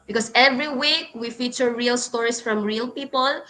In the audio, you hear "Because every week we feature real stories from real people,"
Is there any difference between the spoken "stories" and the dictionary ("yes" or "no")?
yes